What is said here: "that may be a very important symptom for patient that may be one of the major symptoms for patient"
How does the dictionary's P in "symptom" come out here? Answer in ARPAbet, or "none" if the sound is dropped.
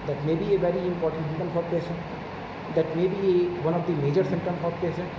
none